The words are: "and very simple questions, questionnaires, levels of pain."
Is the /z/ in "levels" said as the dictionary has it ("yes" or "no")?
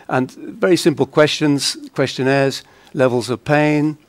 yes